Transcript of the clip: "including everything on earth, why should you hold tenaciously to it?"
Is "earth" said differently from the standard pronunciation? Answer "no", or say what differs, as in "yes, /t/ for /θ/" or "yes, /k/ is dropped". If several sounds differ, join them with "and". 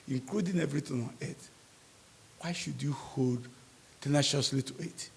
yes, /t/ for /θ/